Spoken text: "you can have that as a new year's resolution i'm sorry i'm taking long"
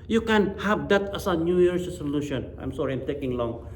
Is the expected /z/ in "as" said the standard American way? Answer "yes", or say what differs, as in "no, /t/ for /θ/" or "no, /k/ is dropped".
no, /s/ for /z/